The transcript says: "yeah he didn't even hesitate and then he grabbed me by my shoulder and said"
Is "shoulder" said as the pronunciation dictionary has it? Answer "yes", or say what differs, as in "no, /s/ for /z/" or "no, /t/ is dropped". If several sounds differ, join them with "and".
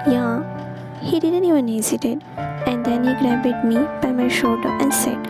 yes